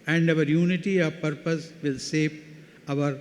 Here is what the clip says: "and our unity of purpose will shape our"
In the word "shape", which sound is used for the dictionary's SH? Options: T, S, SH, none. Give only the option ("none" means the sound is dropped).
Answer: S